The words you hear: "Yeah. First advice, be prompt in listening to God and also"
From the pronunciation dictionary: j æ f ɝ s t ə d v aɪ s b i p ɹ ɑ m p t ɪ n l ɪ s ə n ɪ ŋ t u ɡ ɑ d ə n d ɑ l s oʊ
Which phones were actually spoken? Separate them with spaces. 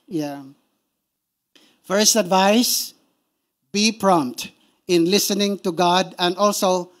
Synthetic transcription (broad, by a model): j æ f ɝ s t ə d v aɪ s b i p ɹ ɑ m p t ɪ n l ɪ s ə n ɪ ŋ t u ɡ ɑ d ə n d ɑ l s oʊ